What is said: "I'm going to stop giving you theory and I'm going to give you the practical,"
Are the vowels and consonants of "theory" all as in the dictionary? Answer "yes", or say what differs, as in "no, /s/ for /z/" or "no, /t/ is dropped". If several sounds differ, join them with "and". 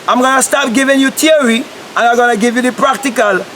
no, /t/ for /θ/